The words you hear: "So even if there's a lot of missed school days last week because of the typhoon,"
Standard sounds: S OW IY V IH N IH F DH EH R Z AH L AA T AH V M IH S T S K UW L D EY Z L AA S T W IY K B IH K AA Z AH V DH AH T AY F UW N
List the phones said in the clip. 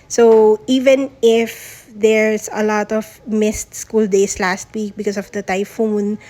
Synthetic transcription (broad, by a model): S OW IY V IH N IH F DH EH R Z AH L AA T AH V M IH S T S K UW L D EY S L AA S T W IY K B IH K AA S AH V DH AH T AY F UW N